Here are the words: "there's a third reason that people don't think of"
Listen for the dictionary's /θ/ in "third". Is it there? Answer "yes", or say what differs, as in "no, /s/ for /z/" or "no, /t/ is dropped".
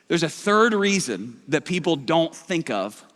yes